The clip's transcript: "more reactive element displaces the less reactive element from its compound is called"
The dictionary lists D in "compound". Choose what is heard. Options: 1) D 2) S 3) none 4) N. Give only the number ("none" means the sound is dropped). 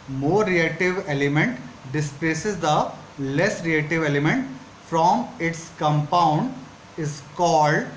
1